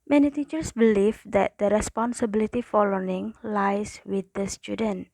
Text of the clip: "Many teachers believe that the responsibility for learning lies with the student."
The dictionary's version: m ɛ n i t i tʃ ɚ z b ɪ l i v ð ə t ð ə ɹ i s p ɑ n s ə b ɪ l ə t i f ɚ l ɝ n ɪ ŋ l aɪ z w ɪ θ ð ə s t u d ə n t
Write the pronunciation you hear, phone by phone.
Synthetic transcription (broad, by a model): m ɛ n i t i tʃ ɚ s b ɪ l i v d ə t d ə ɹ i s p ɑ n s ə b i l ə t i f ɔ l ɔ ɪ ŋ l aɪ s w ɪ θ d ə s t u d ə n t